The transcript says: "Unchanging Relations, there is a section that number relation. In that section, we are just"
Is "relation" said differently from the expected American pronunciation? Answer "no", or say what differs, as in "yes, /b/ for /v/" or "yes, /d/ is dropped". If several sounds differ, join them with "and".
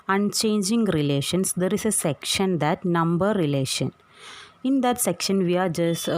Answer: no